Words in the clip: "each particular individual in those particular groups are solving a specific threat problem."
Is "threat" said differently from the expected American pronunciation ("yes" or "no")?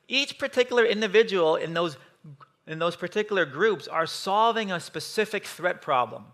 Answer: no